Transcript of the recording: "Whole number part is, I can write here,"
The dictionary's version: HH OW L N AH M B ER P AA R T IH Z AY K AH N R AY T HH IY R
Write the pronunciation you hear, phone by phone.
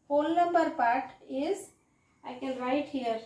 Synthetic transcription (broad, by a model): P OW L N AH M B ER P AA R T IH Z AY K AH L R AY T HH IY R